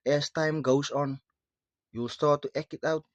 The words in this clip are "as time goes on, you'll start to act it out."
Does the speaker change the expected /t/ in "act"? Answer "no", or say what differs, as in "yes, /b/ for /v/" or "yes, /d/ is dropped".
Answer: yes, /t/ is dropped